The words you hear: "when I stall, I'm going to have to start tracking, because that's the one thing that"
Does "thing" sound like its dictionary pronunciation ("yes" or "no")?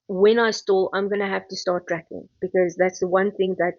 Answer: yes